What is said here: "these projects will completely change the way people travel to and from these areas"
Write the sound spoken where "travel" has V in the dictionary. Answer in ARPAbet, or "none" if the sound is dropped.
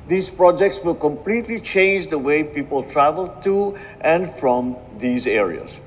V